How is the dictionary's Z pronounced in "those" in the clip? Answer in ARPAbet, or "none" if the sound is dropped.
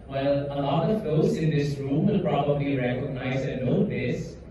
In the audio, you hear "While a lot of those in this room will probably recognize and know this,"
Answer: S